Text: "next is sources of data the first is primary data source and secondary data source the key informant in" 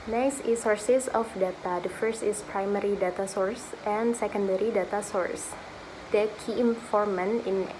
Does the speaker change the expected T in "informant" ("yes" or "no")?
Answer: yes